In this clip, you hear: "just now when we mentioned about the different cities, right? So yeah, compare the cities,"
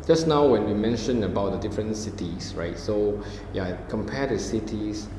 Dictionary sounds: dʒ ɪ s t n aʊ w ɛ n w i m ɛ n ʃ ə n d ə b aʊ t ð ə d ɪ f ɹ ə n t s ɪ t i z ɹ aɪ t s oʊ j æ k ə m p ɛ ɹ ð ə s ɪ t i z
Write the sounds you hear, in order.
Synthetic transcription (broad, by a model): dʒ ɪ s n aʊ w ɛ n w i m ɛ n ʃ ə n ə b aʊ t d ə d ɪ f ɹ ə n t s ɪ t i s ɹ aɪ t s oʊ j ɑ k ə m p ɛ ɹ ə s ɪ t i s